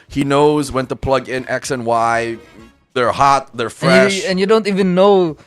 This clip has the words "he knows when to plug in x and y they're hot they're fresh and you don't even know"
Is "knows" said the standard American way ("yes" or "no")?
yes